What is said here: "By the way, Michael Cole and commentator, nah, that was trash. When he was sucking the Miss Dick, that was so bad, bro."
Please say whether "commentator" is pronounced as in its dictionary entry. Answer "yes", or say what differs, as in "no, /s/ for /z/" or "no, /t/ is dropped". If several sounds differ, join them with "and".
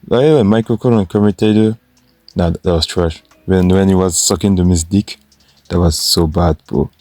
no, /n/ is dropped